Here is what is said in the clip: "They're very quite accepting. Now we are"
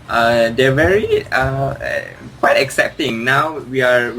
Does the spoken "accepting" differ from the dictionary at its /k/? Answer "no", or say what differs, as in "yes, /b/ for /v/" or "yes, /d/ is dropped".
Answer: no